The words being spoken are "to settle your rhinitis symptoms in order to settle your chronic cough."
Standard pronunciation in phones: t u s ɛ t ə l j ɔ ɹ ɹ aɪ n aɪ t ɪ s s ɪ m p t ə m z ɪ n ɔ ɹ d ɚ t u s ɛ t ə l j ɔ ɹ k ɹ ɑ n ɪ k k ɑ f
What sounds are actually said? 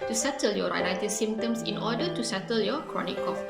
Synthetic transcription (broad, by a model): t u s ɛ t ə l j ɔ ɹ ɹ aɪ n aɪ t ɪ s s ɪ m t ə m s ɪ n ɔ d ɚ t u s ɛ t ə l j ɔ k ɹ ɑ n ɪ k k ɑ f